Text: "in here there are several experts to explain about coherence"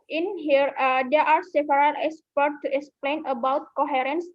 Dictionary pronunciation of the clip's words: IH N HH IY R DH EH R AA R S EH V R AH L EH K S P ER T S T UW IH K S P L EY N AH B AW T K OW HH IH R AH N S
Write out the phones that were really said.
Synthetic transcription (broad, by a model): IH N HH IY R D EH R AA R S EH P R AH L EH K S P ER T T UW IH K S P L EY N AH B AW T K OW HH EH R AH N S